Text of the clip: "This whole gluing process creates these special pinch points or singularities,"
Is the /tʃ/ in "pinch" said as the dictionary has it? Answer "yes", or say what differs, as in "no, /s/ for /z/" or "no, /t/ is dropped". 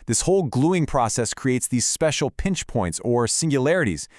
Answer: yes